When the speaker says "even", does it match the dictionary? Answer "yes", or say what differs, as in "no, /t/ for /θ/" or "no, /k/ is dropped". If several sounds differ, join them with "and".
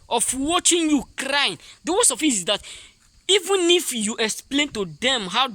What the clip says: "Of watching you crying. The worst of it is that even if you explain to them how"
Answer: yes